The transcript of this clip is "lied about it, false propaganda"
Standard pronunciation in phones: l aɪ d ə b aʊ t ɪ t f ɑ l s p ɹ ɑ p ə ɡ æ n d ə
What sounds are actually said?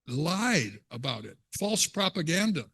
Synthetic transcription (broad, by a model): l aɪ d ə b aʊ t ɪ t f ɑ l s p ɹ ɑ p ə ɡ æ n d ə